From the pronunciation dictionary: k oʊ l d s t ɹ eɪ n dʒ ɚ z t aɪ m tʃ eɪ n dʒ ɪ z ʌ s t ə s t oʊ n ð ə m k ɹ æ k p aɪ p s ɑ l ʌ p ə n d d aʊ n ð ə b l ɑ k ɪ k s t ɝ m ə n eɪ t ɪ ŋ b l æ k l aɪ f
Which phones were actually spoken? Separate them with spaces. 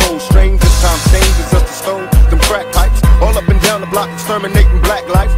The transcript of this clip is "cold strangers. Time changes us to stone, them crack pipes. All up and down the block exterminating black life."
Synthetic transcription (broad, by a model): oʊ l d s t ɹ eɪ n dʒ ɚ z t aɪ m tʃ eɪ n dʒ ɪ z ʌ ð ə s t oʊ n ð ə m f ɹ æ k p aɪ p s ɑ l ʌ p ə n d d aʊ n ð ə b l ɑ k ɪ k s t ɝ m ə n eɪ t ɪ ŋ b l æ k l aɪ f